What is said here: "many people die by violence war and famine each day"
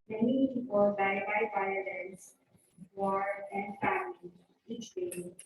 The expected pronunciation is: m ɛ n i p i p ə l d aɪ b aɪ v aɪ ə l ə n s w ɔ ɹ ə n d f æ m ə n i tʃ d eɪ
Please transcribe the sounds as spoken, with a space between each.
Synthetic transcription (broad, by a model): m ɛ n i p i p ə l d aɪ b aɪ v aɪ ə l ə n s w ɔ ɹ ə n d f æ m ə i tʃ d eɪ